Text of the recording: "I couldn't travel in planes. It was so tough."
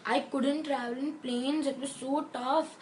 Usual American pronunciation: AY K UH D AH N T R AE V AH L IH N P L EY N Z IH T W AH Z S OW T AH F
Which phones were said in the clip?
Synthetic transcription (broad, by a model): AY K UH D AH N T R AE V AH L IH N P L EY N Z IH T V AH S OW T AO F